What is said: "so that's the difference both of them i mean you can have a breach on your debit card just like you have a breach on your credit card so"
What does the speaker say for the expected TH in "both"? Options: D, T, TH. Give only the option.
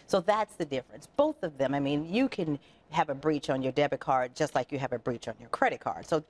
TH